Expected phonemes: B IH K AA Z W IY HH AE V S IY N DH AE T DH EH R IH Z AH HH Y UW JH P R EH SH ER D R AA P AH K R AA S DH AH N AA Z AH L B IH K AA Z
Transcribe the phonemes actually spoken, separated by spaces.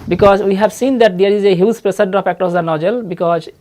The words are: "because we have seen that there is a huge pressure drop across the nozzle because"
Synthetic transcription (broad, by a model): B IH K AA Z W IY HH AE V S IY N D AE T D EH R IH Z AH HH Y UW Z P R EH S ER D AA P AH K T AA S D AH N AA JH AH L B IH K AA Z